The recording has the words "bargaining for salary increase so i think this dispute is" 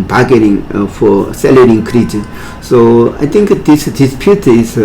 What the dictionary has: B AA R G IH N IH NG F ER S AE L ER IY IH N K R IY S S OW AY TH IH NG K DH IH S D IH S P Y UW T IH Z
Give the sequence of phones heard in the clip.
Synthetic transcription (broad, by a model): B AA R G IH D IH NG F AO S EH L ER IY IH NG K R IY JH S OW AY T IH NG K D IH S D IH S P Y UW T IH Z